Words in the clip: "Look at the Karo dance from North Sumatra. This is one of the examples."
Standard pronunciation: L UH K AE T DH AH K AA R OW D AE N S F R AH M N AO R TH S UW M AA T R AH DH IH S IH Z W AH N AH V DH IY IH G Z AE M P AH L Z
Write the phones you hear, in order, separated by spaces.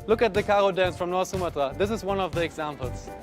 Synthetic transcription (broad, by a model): L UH K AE T DH AH K AA R OW D AE N S F R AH M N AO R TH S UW M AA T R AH DH IH S IH Z W AH N AH V DH IY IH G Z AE M P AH L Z